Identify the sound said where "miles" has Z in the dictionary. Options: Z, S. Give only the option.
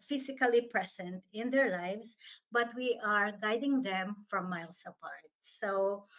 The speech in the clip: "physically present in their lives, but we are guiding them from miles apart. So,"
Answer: S